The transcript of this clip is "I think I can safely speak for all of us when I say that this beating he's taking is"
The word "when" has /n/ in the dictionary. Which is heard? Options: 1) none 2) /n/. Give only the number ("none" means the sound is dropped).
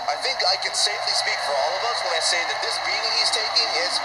1